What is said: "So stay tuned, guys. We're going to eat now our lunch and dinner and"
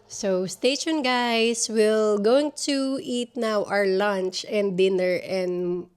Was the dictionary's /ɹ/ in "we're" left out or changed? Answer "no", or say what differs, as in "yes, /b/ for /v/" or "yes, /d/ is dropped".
yes, /l/ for /ɹ/